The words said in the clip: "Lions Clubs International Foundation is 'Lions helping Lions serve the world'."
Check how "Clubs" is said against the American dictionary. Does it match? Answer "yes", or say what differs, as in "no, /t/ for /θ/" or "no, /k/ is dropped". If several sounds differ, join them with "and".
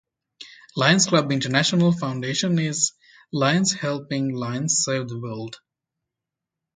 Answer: no, /z/ is dropped